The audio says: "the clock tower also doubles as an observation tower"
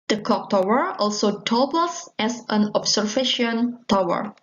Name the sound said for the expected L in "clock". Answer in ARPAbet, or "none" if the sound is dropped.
none